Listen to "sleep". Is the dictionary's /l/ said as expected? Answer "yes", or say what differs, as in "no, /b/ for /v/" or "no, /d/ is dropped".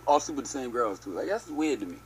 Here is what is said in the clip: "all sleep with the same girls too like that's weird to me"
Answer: no, /l/ is dropped